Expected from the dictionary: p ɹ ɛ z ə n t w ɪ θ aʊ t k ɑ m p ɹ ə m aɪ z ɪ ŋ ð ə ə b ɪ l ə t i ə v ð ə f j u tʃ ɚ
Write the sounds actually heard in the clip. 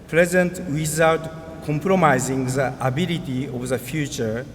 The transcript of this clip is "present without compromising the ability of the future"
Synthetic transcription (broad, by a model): p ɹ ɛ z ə n t w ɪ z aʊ t k ɑ m p ɹ ə m aɪ z ɪ ŋ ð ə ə b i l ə t i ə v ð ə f j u tʃ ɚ